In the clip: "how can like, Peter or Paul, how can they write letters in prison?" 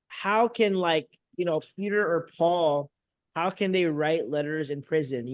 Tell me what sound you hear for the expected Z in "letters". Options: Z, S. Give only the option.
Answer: Z